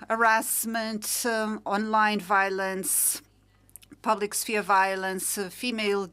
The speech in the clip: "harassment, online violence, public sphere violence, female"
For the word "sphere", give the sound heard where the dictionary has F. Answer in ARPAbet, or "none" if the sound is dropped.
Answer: F